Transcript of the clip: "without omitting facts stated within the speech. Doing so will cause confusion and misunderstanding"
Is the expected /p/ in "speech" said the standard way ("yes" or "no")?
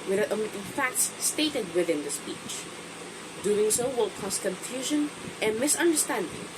yes